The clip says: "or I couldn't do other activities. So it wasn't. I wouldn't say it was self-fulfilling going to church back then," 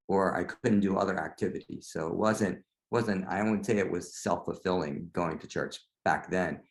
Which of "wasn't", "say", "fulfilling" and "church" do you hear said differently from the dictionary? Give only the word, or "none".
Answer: none